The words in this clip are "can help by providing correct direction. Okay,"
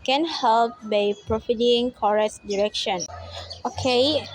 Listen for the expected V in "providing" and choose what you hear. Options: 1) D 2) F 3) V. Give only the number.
2